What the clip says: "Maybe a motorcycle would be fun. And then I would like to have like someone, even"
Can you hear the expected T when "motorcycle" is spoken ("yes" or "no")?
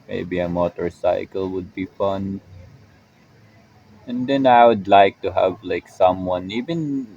yes